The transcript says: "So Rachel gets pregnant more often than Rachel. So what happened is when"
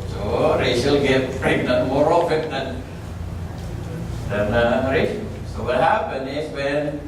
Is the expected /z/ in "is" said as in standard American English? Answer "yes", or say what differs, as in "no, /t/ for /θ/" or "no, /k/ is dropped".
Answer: no, /s/ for /z/